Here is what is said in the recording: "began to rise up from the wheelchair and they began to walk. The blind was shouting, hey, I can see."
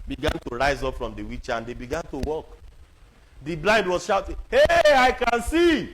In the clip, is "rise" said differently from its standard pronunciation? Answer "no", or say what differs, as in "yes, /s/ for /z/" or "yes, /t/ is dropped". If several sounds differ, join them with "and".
no